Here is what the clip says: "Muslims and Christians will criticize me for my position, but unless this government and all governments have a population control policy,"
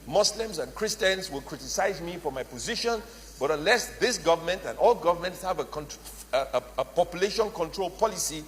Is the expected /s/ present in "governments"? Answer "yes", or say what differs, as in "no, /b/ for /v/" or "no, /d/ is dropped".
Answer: yes